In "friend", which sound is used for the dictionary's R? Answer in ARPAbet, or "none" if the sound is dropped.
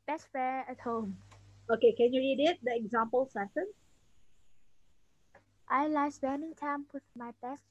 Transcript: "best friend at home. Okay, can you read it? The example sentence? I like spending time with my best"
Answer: none